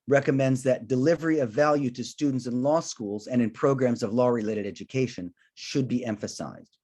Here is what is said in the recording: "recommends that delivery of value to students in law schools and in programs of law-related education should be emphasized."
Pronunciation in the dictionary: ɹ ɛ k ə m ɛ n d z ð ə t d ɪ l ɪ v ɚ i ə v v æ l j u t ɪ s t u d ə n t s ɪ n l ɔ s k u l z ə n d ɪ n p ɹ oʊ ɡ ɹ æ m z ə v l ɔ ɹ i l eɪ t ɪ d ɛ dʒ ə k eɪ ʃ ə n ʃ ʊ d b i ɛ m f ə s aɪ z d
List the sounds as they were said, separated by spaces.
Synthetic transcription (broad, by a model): ɹ ɛ k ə m ɛ n d z ð ə t d ɪ l ɪ v ɚ i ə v v æ l j u t ɪ s t u d n t s ɪ n l ɔ s k u l z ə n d ɪ n p ɹ oʊ ɡ ɹ æ m z ə v l ɔ ɹ i l eɪ t ɪ d ɛ dʒ ə k eɪ ʃ ə n ʃ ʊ d b i ɛ m f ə s aɪ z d